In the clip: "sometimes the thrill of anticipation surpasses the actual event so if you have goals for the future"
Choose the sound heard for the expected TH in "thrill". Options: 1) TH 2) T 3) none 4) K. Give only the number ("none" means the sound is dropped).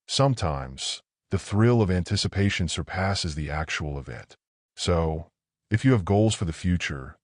1